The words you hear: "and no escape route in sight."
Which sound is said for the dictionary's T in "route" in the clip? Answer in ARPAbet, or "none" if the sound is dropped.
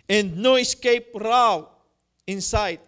none